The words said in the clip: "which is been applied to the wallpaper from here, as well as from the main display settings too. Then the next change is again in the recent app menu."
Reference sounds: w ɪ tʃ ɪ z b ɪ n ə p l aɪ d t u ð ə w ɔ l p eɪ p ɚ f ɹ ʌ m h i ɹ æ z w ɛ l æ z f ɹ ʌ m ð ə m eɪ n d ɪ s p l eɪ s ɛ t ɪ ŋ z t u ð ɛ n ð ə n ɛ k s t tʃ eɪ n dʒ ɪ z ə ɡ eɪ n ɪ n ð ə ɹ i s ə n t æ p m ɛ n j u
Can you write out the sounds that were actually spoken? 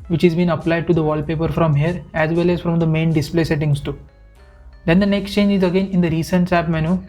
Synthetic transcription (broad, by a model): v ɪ tʃ ɪ z b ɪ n ə p l aɪ d t u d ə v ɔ l p eɪ p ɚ f ɹ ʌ m h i ɹ æ z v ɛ l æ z f ɹ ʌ m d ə m eɪ n d ɪ s p l eɪ s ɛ t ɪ ŋ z t u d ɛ n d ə n ɛ k s t tʃ eɪ n dʒ ɪ z ə ɡ eɪ n ɪ n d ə ɹ i s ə n t æ p m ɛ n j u